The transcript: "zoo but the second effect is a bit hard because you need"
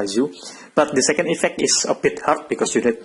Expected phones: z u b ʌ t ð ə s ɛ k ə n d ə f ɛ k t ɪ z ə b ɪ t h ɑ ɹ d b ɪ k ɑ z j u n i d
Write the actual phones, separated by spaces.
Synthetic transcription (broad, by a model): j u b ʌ t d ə s ɛ k ə n d ə f ɛ k t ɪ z ə b ɪ t h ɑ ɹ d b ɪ k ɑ s j u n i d